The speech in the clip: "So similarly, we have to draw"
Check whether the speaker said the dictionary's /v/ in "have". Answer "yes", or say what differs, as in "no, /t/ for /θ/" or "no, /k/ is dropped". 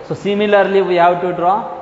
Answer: no, /w/ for /v/